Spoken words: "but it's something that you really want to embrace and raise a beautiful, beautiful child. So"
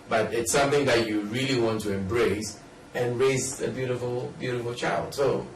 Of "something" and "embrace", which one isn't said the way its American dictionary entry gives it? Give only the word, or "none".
none